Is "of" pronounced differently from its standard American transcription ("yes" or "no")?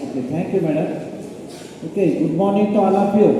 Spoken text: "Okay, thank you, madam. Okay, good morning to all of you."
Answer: yes